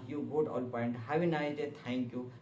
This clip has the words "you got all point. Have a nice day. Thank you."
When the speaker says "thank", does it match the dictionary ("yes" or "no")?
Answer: no